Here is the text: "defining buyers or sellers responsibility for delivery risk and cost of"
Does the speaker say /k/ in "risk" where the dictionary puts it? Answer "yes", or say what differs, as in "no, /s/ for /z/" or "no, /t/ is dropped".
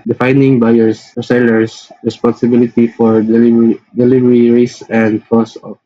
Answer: no, /k/ is dropped